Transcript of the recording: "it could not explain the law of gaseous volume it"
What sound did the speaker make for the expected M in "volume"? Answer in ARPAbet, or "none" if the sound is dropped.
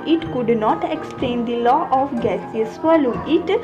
none